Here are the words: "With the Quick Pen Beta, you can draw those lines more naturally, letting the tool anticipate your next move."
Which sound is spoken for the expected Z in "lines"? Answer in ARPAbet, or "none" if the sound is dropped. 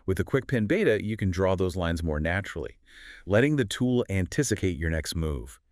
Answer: Z